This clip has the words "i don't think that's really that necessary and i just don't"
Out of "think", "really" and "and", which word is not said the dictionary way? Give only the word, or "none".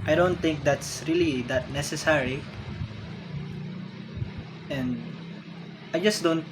think